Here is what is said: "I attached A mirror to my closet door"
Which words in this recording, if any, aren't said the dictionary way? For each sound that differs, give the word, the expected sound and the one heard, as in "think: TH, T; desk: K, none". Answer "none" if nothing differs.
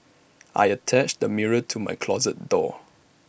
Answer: none